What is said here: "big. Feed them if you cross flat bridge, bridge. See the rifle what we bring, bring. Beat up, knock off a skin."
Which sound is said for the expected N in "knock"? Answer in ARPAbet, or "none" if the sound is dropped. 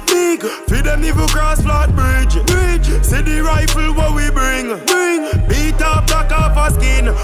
L